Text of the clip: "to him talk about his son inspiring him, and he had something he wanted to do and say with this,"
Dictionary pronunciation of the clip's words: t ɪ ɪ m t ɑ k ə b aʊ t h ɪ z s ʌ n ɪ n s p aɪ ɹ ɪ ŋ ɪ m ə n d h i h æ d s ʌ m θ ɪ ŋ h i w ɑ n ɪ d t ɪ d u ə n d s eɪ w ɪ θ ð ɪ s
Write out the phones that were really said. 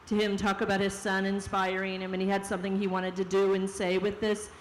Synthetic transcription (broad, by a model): t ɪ ɪ m t ɑ k ə b aʊ t h ɪ z s ʌ n ɪ n s p aɪ ɹ ɪ ŋ ɪ m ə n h i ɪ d s ʌ m θ ɪ ŋ i w ɑ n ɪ d t ɪ d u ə n s eɪ w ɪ ð ɪ s